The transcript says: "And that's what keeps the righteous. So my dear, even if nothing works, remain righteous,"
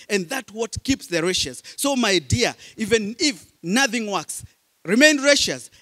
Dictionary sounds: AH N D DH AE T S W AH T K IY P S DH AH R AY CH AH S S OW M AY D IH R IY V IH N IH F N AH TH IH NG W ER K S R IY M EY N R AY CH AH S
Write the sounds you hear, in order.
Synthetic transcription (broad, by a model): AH N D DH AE T W AH T K IY P S DH AH R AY SH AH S S OW M AY D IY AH IY V IH N IH F N AH TH IH NG W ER K S R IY M EY N R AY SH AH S